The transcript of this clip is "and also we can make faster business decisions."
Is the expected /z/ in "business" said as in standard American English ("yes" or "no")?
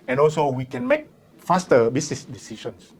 no